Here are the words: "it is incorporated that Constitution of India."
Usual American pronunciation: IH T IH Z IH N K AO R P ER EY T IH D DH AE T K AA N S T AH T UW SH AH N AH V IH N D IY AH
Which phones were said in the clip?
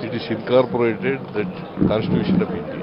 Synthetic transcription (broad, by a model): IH T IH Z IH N K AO R P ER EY T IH D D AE T K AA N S T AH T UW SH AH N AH P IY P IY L